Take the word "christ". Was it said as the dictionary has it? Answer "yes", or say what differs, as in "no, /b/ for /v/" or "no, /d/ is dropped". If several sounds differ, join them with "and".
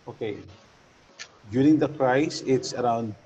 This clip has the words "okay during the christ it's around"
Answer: no, /t/ is dropped